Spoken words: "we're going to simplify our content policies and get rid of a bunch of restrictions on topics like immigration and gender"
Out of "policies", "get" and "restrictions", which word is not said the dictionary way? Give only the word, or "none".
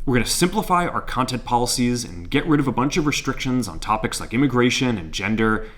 none